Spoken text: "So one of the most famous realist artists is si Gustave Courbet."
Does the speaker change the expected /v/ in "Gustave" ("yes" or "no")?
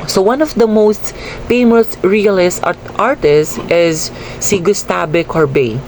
yes